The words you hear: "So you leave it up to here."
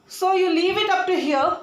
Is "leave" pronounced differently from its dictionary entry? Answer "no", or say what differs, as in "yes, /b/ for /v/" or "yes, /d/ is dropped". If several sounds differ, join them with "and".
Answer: no